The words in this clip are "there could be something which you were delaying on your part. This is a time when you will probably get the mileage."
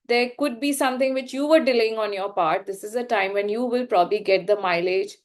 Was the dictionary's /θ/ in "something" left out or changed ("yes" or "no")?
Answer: yes